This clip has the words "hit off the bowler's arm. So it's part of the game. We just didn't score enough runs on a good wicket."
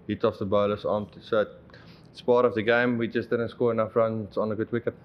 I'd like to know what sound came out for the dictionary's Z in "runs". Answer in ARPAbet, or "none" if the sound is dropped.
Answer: S